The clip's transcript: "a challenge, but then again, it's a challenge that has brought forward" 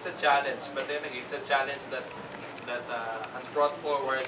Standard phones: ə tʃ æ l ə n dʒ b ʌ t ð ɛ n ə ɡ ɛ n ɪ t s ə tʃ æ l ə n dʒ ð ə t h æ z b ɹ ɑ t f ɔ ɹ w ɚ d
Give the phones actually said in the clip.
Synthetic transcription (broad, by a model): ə tʃ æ l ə n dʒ b ʌ t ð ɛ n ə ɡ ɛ ɪ t s ə tʃ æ l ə n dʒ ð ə t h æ s b ɹ ɑ t f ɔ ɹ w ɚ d